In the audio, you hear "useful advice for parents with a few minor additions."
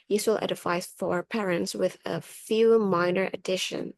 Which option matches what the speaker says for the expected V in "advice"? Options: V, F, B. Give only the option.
F